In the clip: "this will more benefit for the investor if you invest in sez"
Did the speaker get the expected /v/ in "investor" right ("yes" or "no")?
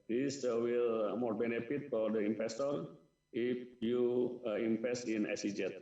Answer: no